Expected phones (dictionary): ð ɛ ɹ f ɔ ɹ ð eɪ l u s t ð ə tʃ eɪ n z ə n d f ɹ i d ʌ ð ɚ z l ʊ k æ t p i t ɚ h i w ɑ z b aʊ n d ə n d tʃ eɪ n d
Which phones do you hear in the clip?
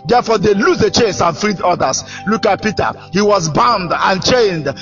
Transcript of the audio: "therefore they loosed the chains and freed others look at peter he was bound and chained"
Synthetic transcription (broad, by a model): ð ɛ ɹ f ɔ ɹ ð eɪ l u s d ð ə tʃ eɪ n s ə n f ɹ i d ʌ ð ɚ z l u k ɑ t p i t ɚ h i w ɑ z b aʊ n d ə n tʃ eɪ n d